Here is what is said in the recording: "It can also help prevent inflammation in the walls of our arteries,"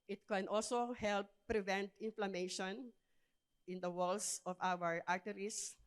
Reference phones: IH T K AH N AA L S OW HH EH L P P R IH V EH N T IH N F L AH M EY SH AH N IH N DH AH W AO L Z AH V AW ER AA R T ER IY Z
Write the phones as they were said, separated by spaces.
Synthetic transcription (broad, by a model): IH T K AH N AA L S OW HH EH L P P R IH V EH N T IH N F L AH M EY SH AH N IH N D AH W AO L S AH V AW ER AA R T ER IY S